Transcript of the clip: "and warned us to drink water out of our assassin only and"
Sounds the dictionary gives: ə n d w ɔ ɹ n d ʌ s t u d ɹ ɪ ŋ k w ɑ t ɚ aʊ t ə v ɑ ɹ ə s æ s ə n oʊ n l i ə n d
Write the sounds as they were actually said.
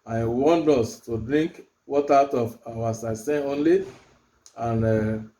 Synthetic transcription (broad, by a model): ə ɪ w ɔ n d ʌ s t u d ɹ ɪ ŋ k w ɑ t aʊ t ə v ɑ w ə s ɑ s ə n oʊ n l i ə n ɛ